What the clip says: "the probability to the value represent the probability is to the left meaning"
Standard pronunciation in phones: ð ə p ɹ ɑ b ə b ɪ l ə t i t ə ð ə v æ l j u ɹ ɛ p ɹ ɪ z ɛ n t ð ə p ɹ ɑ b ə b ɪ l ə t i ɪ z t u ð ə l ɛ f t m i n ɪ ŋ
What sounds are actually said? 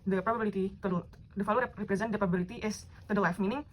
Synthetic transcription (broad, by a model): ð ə p ɹ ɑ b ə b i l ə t i t ə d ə f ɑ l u ɹ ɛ p ɹ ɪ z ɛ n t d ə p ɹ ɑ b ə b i l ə t i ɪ s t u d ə l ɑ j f m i n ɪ ŋ